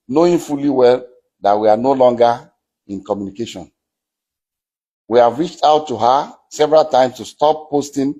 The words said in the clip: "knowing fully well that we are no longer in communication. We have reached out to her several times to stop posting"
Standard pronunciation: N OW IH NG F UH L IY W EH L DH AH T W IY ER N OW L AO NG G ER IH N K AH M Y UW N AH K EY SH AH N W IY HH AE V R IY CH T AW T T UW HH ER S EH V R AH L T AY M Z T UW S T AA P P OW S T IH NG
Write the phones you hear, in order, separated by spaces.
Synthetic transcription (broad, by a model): N OW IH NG F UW L IY W EH L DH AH T W IY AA N OW L AO NG G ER IH N K AH M Y UW N AH K EY SH AH N W IY HH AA V R IY CH T AW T T UW HH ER S EH V R AH L T AY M S T UW S T AA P P OW S T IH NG